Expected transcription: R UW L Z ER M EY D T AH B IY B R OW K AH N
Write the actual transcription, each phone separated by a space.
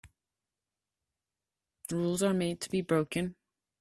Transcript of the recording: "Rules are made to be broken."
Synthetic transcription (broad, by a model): R UW L Z ER M EY D T AH B IY B R OW K AH N